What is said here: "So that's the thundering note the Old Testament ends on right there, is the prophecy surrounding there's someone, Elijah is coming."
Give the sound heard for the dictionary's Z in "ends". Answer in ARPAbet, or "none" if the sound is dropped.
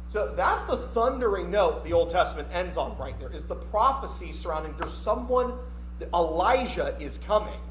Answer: Z